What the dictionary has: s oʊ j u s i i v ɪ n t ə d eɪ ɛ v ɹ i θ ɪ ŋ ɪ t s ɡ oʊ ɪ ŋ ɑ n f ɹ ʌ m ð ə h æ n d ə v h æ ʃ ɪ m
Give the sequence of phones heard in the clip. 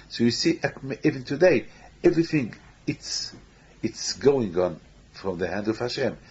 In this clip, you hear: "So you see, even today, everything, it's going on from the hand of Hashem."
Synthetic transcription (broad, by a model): s oʊ j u s i i v ɪ n t ə d eɪ ɛ v ɹ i θ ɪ ŋ ɪ t s ɡ oʊ ɪ ŋ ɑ n f ɹ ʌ m ð ə h æ n d ə v h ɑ ʃ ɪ m